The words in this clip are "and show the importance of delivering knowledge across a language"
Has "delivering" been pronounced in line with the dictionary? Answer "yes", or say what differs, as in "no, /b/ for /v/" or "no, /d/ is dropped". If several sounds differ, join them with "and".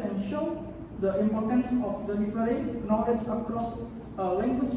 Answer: no, /f/ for /v/